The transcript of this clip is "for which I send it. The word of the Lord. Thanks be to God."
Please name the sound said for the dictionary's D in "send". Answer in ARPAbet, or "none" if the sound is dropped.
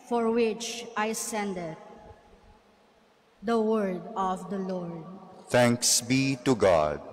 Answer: D